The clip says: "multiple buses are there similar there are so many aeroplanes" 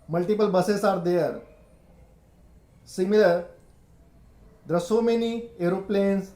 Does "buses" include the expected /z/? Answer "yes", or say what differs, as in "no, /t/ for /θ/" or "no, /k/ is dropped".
no, /s/ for /z/